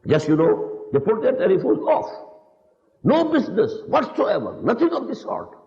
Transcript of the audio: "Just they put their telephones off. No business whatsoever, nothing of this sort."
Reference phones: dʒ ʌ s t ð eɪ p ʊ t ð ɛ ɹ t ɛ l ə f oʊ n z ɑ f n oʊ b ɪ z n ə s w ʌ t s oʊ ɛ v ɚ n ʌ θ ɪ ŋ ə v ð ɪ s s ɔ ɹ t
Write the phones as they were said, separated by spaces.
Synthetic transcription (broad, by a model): dʒ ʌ s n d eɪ p ʊ t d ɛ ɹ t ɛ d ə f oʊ z ɑ f n oʊ b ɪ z n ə s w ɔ t s oʊ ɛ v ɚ n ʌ t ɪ ŋ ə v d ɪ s s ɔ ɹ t